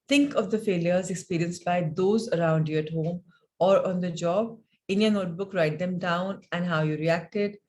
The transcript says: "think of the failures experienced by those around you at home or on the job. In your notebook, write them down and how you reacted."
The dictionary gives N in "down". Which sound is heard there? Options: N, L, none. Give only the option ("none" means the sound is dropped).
N